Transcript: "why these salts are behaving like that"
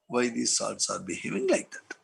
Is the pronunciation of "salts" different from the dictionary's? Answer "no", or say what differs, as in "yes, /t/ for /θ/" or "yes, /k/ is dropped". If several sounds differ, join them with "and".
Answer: yes, /l/ is dropped